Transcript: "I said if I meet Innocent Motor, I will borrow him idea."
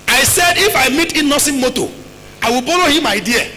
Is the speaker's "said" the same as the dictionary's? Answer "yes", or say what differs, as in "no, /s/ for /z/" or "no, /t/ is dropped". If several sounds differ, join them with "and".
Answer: yes